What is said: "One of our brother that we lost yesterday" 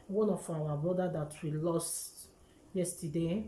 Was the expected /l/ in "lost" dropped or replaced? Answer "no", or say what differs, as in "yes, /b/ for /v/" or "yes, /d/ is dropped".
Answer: no